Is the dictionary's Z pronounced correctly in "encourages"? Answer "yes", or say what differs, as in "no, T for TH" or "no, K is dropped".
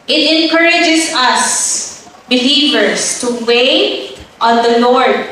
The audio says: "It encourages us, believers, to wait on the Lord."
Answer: no, S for Z